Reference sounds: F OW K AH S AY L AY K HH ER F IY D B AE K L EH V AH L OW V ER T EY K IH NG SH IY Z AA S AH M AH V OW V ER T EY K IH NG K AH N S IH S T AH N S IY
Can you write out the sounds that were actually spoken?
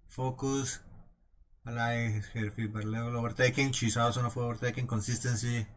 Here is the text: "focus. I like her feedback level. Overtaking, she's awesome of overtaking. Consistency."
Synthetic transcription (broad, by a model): F OW K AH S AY L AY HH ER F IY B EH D L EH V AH L OW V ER T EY K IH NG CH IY S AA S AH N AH F OW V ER T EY K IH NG K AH N S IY S T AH N S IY